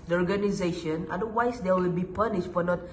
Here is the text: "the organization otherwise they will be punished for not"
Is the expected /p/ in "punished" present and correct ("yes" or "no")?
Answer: yes